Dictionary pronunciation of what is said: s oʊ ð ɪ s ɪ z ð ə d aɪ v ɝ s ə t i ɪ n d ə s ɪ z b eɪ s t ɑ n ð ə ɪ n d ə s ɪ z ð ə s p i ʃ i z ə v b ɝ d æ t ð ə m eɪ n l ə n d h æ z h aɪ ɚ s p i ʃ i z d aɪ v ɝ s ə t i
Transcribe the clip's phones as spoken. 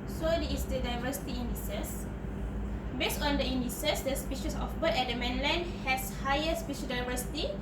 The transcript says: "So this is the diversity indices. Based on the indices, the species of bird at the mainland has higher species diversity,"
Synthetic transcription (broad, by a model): s oʊ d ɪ ɪ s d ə d aɪ v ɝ s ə t i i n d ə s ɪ s b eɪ s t ɑ n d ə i n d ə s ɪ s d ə s p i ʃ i s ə f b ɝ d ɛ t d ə m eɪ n l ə n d h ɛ s h aɪ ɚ s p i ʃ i d aɪ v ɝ s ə t i